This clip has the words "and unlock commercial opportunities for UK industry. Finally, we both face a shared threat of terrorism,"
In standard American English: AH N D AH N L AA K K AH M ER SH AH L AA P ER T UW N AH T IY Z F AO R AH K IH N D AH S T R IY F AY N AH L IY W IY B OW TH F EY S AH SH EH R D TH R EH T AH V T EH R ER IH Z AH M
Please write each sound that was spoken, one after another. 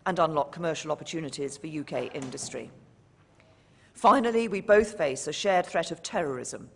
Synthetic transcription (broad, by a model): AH N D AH N L AA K K AH M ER SH AH L AA P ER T UW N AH T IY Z F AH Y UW K IH N D AH S T R IY F AY N AH L IY W IY B OW TH F EY S AH SH EH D TH R EH T AH V T EH R ER IH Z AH M